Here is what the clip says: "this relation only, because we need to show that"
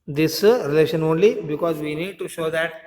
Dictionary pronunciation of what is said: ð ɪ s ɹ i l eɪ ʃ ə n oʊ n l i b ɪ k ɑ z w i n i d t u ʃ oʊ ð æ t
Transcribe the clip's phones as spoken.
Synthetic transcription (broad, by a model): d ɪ s ɹ i l eɪ ʃ ə n oʊ n l i b ɪ k ɑ z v i n i d t u ʃ oʊ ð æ t